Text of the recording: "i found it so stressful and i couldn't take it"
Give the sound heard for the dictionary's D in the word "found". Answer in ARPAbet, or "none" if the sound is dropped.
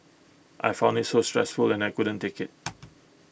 none